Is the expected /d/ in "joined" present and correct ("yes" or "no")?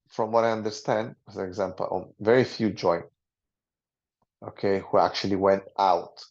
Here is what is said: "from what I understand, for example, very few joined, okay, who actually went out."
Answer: no